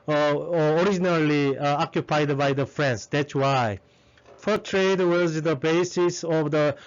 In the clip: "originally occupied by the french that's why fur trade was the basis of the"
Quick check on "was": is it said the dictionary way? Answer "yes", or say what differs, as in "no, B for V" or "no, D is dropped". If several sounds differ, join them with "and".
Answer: yes